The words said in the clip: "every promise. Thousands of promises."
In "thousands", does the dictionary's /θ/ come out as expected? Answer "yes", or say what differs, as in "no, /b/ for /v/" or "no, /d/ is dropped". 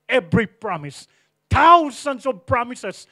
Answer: no, /t/ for /θ/